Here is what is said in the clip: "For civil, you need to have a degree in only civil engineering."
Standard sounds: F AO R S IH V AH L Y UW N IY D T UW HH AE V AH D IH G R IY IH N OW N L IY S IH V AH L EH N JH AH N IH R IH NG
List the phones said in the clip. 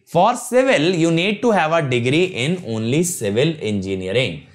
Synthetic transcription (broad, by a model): F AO R S IH V AH L Y UW N IY D T UW HH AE V AH D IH G R IY IH N OW N L IY S IH V AH L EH N JH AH N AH R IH NG